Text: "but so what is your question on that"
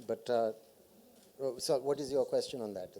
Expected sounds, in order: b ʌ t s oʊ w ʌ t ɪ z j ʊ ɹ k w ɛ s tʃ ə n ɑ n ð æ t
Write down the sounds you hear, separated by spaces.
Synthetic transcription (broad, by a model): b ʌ t s oʊ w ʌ t ɪ z j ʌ k w ɛ s tʃ ə n ɑ n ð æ t